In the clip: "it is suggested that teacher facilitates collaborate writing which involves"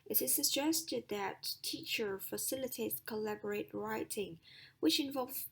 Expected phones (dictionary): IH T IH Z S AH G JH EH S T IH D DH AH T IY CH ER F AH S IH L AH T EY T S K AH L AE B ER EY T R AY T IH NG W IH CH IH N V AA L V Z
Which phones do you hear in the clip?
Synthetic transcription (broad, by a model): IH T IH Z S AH JH EH S T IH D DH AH T IY CH ER F AH S IH L AH T EY T S K AH L AE B ER EY T R AY T IH NG W IH CH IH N V AA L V